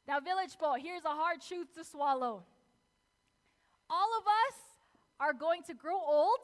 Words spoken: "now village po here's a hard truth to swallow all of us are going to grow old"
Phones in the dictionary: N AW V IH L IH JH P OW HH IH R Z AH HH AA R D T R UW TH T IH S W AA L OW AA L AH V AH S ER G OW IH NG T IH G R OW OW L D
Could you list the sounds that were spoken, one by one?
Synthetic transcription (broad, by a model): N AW V IH L IH JH B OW HH IH R Z AH HH AA R D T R UW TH T IH S W AA L OW AA L AH V AH S ER G OW IH NG T IH G R OW OW L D